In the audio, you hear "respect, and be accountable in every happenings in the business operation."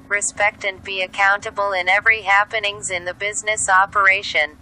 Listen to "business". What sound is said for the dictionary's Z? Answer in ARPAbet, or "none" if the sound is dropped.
Z